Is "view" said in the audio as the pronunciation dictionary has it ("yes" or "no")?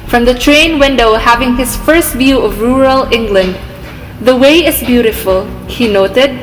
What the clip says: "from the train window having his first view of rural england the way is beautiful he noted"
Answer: yes